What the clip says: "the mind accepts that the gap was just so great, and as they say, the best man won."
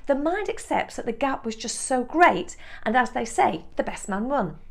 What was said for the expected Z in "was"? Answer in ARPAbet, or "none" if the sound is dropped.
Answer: Z